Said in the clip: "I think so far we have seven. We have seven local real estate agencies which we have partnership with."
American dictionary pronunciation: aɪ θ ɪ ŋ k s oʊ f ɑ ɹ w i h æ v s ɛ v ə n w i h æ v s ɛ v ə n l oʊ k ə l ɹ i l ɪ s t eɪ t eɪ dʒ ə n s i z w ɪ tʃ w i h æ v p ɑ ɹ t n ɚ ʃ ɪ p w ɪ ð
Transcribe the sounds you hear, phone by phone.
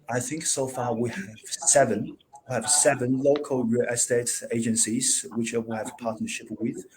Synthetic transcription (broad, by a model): aɪ θ ɪ ŋ k s oʊ f ɑ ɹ w i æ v s ɛ v ə n w i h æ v s ɛ v ə n l oʊ k ə l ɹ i ɪ s t eɪ t eɪ dʒ ə n s i z w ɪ tʃ w i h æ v p ɑ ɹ t n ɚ ʃ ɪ p w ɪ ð